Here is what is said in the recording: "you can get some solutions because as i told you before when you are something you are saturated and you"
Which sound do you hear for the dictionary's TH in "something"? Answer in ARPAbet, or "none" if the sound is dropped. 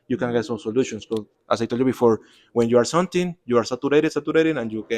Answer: T